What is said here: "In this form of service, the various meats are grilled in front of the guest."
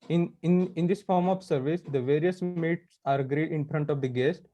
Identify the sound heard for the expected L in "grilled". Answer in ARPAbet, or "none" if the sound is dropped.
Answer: none